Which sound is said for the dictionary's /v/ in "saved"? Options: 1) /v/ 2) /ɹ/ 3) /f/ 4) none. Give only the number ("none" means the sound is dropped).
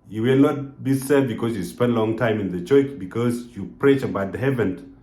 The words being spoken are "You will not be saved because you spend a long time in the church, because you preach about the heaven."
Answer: 4